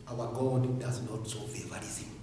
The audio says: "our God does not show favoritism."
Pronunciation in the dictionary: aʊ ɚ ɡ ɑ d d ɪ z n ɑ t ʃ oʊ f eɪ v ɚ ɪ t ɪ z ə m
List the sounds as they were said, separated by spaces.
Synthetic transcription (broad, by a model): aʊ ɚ ɡ ɑ d d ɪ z n ɑ t s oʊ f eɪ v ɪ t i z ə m